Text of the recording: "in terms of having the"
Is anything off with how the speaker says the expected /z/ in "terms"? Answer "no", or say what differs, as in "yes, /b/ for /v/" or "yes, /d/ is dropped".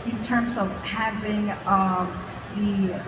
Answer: no